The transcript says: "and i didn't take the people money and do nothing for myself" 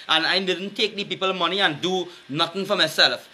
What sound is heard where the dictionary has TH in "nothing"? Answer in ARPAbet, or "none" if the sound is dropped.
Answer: T